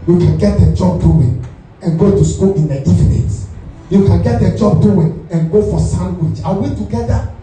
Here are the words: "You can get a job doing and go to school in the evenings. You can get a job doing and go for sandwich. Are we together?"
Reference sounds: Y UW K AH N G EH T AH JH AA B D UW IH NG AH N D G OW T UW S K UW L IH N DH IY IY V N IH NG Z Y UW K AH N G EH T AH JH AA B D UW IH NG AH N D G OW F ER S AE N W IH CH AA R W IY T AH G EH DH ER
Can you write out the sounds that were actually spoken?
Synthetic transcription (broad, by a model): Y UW K AH N G EH T AH JH AA B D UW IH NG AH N G OW T UW S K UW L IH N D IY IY N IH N Y UW K AH N G EH T AH JH AA B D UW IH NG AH N G OW F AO S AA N W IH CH AA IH W IY T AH G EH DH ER